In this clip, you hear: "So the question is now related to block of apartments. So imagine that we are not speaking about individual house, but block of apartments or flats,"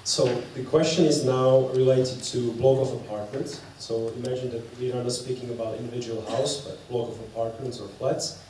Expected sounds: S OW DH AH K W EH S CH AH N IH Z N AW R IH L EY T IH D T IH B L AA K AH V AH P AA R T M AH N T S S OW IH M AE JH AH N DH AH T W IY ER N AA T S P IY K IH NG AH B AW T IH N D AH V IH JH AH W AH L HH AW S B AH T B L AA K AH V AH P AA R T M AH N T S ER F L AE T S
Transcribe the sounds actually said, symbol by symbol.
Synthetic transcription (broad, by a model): S OW DH AH K W EH S CH AH N IH Z N AW R IH L EY T IH D T IH B L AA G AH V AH P AA R T M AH N T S S OW IH M AE JH AH N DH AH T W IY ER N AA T S P IY K IH NG AH B AW T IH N D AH V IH JH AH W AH L HH AW S B AH T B L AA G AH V AH P AA R T M AH N T S ER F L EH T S